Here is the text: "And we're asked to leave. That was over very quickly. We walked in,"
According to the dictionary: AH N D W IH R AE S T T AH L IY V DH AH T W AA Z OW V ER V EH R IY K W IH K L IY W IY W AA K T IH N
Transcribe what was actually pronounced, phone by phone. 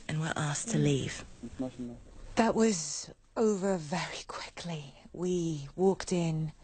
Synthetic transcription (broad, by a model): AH N W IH R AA S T T AH L IY V DH AH T W AA Z OW V ER V EH R IY K W IH K L IY W IY W AA K T IH N